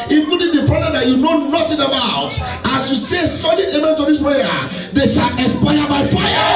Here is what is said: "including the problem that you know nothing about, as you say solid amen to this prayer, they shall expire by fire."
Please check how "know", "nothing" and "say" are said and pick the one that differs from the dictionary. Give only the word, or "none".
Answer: nothing